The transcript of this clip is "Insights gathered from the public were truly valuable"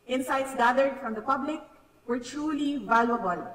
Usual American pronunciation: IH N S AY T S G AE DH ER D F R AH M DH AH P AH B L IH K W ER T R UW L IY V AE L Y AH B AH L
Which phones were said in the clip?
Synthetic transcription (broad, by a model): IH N S AY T S G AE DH ER D F R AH M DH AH P AH B L IH K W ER T R UW L IY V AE L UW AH B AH L